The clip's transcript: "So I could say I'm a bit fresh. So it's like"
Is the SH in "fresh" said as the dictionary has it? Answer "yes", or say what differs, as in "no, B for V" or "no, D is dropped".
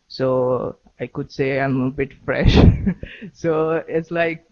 yes